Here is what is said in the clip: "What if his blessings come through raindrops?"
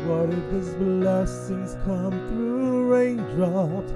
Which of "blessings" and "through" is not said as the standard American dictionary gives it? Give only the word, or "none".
none